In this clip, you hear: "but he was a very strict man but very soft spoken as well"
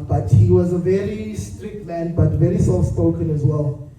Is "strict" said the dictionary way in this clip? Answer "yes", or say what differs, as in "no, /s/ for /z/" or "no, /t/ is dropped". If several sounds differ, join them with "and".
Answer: yes